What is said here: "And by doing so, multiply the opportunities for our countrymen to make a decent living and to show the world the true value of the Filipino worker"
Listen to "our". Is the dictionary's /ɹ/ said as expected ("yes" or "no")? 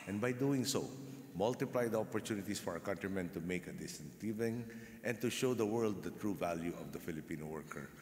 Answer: yes